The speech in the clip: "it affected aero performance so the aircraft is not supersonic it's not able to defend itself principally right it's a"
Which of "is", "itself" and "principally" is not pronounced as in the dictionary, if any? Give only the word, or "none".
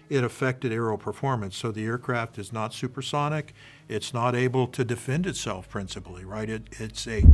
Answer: none